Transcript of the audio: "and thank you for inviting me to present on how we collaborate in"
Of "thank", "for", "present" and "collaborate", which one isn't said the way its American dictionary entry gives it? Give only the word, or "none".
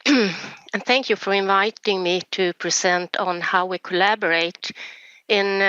present